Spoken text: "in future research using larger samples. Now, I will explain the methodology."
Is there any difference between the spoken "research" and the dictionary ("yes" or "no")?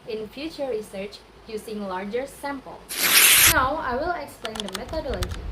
no